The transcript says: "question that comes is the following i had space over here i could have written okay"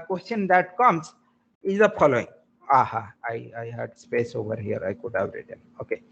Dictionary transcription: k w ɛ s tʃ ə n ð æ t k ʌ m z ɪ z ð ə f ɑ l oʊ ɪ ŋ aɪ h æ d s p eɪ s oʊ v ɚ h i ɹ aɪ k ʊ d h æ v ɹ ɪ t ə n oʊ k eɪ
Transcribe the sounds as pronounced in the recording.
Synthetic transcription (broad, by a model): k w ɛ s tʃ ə n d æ t k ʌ m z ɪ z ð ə p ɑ l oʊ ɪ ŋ aɪ h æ d s p eɪ s oʊ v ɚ h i ɹ aɪ k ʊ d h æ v ɹ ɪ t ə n oʊ k eɪ